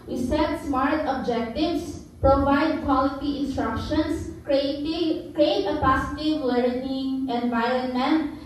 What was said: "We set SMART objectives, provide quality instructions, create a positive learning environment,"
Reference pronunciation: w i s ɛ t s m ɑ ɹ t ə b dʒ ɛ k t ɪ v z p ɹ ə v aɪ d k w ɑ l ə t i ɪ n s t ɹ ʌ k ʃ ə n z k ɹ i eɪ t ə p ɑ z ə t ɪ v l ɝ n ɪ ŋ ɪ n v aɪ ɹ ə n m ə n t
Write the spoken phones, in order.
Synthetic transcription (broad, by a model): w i s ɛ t s m ɑ ɹ t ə b dʒ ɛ k t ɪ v s p ɹ ə v aɪ d k w ɑ l ə t i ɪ n s t ɹ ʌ k ʃ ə n s k ɹ i eɪ t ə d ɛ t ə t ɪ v w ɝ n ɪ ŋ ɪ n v aɪ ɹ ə n m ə n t